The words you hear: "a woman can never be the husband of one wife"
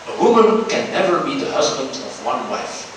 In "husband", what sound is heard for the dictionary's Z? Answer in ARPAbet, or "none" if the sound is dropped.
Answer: Z